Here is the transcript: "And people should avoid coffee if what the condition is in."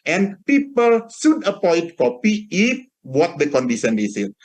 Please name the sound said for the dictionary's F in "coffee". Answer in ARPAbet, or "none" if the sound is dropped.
P